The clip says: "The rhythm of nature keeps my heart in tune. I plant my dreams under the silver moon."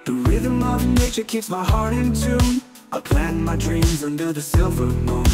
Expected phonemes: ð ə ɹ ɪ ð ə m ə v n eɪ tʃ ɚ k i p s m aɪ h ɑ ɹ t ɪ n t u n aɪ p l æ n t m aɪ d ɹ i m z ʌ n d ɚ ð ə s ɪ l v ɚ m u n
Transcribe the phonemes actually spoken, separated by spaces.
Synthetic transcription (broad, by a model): ð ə ɹ ɪ ð ə m ə v n eɪ tʃ ɚ k i p s m aɪ h ɑ ɹ t ɪ n t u aɪ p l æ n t m aɪ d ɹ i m z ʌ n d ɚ ð ə s ɪ l v ɚ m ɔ